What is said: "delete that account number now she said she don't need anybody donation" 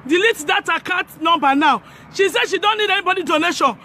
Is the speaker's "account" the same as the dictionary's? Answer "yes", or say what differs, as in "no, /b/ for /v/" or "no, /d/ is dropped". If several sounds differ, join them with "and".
no, /n/ is dropped